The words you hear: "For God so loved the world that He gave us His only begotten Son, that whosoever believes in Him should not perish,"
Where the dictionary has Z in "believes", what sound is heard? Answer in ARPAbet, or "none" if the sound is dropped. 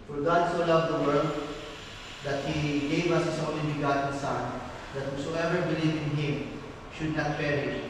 none